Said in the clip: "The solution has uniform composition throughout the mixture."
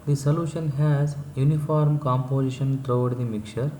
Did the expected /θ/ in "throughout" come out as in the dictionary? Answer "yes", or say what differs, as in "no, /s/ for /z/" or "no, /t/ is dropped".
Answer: no, /t/ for /θ/